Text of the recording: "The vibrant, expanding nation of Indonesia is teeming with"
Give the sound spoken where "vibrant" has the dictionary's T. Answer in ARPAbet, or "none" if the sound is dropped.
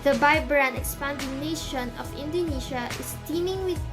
none